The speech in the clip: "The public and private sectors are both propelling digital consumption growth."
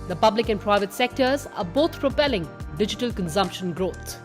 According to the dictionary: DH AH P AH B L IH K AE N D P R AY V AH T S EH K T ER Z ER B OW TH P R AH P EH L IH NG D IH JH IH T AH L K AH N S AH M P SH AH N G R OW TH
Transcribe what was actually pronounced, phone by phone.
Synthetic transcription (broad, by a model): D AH P AH B L IH K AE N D P R AY V AH T S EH K T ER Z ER B OW T P R AH P EH L IH NG D IH JH IH T AH L K AH N S AH M P SH AH N G R OW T